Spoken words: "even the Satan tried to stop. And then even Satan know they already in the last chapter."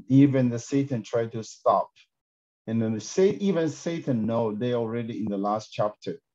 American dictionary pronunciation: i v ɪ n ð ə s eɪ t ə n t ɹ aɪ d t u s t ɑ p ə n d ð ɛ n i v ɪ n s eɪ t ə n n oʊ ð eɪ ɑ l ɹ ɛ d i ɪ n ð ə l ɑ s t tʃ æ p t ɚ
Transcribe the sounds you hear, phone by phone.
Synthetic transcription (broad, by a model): i v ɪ n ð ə s eɪ t ə n t ɹ aɪ d t u s t ɑ p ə n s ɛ i v ɪ n s eɪ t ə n n oʊ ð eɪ ɑ l ɹ ɛ d i ɪ n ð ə l ɑ s t tʃ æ p t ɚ